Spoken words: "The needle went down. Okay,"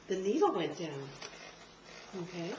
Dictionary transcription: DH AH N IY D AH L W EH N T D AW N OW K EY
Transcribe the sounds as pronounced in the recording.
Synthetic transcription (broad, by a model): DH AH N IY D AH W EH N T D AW OW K EY